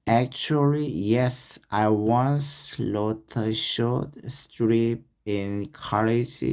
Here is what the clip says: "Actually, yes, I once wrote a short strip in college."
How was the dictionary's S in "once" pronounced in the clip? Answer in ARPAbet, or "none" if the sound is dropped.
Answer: S